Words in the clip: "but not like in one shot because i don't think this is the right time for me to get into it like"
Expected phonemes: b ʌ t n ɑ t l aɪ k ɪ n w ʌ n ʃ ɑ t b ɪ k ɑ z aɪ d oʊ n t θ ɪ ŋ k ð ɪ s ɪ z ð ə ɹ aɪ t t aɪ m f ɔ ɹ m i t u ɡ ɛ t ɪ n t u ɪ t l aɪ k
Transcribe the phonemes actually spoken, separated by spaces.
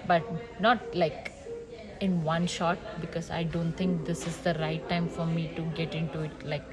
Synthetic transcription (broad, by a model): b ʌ t n ɑ t l aɪ k ɪ n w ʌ n ʃ ɑ t b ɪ k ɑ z aɪ d oʊ n t t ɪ ŋ k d ɪ s ɪ z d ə ɹ aɪ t t aɪ m f ɔ ɹ m i t u ɡ ɛ t ɪ n t u ɪ t l aɪ k